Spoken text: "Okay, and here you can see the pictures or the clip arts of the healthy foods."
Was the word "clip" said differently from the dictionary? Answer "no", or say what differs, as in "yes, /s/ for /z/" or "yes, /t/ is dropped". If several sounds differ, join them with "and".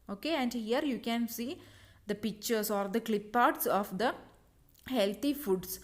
no